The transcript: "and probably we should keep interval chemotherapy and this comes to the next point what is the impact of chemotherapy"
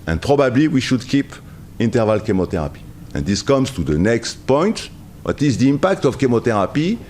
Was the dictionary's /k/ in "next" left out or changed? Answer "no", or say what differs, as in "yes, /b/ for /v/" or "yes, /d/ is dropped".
no